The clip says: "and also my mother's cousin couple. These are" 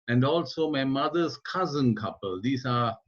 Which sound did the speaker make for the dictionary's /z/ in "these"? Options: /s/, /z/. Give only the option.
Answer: /s/